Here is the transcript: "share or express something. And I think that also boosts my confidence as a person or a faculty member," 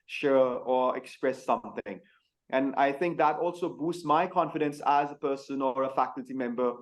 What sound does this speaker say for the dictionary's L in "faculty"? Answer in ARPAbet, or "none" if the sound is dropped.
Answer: L